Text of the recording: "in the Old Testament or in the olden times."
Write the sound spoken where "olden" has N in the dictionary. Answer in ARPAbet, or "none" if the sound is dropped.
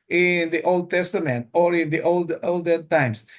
L